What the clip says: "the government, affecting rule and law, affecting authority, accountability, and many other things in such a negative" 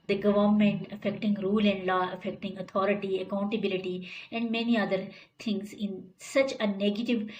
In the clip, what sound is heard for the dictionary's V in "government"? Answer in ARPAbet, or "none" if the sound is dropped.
V